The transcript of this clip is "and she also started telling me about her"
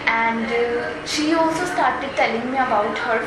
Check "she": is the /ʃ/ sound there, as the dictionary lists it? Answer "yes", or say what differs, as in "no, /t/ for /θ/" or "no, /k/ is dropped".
yes